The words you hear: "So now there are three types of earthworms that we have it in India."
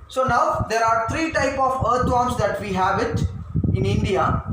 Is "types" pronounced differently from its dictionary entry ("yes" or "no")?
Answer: yes